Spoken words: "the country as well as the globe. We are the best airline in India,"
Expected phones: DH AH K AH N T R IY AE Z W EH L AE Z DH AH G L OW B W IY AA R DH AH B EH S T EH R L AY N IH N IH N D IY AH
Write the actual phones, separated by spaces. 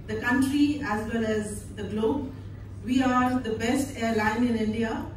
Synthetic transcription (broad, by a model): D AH K AH N T R IY AE Z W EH L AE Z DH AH G L OW B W IY AA R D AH B EH S T EH R L AY N IH N IH N D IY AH